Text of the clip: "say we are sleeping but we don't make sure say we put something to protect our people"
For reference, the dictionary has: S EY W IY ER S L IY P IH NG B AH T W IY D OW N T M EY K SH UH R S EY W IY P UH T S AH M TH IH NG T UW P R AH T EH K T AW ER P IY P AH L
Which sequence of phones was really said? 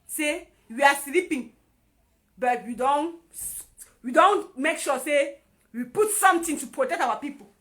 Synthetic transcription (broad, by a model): S EY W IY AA S L IY P IH NG B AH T W IY D OW N T M EY K SH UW S EY W IY P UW T S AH M T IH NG T UW P R AH T EH K T AW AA P IY P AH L